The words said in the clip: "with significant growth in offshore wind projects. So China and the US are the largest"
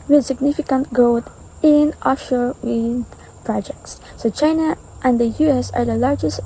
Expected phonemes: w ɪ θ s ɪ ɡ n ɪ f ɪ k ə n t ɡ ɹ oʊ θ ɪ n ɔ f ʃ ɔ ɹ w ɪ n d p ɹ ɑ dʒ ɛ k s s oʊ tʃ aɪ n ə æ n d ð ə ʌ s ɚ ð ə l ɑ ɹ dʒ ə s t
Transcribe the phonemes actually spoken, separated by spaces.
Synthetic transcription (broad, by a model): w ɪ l s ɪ ɡ n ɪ f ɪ k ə n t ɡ oʊ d ɪ n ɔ ʃ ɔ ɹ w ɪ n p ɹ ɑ dʒ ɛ k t s oʊ tʃ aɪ n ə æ n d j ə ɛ s ɚ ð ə l ɑ ɹ dʒ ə s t